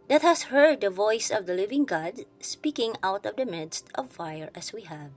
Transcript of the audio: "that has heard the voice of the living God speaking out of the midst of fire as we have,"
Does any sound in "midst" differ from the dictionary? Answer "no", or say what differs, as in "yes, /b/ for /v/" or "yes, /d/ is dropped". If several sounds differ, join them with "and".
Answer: no